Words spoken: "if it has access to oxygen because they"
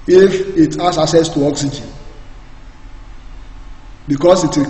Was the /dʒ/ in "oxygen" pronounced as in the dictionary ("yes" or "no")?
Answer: yes